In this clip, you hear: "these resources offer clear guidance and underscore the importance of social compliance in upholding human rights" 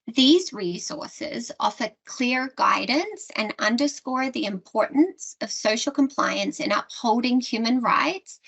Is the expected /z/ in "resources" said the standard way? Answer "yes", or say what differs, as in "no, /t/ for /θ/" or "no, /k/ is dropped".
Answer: yes